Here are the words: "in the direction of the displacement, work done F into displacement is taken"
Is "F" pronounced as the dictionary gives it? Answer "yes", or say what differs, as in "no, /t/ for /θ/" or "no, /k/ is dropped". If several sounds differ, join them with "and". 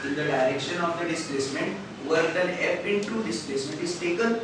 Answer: no, /p/ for /f/